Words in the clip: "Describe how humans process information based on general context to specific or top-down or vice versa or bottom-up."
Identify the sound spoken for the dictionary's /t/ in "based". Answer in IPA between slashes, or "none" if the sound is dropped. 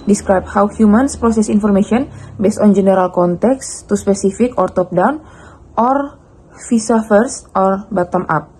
/t/